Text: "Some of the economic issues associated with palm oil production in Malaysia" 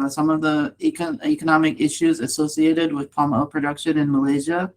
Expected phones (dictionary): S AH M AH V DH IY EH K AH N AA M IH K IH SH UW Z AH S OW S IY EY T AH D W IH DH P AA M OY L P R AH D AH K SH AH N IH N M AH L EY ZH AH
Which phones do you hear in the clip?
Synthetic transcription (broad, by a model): S AH M AH V DH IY EH K AH N AA M IH K IH SH UW Z AH S OW S IY EY T AH D W IH DH P AA M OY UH P R AH D AH K SH AH N IH N M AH L EY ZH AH